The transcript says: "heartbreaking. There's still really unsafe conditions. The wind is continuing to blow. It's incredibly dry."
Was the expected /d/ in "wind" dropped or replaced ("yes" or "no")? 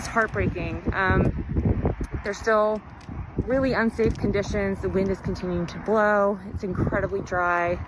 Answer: no